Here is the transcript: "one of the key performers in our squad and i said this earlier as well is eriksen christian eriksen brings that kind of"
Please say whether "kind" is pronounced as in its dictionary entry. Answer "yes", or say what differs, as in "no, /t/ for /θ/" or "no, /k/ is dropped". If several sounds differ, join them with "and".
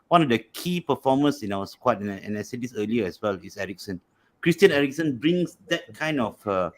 yes